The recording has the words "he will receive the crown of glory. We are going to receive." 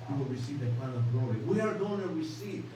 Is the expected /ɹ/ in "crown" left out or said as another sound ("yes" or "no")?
yes